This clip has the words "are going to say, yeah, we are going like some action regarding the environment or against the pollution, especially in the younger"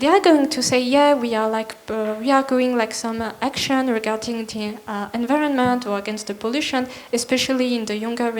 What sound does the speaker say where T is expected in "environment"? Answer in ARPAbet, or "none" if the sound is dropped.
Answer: T